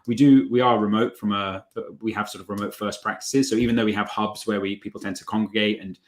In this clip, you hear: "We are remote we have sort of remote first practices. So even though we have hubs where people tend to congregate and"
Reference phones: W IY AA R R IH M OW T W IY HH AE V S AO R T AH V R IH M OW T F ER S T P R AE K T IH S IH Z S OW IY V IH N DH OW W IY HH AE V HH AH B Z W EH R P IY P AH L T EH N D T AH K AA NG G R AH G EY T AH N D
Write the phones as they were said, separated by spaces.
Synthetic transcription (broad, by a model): W IY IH W R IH M OW T W IY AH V S AO R T AH V R IH M OW T F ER S P R AE K T IH S IH Z S OW IY V IH N DH OW W IY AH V HH AH B Z W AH W P IY P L T EH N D T AH K AA NG G R AH G EY T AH N